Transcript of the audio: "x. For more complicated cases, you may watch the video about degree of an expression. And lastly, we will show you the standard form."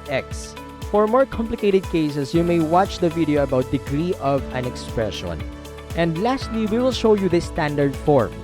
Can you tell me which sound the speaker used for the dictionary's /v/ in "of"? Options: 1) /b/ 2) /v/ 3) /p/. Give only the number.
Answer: 2